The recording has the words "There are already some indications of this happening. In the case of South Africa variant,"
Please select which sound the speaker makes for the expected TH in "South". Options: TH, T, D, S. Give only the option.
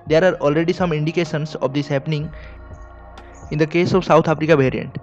T